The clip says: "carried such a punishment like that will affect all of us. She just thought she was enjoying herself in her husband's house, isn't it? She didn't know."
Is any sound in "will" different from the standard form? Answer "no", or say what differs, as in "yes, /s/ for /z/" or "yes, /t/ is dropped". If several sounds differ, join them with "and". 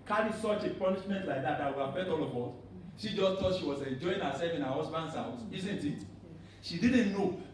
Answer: yes, /w/ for /l/